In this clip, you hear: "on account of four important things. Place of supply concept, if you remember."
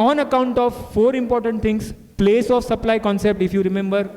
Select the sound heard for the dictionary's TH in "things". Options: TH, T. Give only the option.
T